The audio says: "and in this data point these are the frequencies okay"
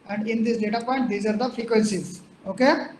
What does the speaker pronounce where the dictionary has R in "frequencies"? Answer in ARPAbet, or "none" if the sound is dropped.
R